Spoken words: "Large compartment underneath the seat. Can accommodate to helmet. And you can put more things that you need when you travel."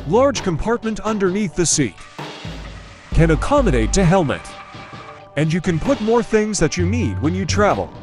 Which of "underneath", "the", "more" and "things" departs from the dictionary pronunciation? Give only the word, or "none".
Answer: none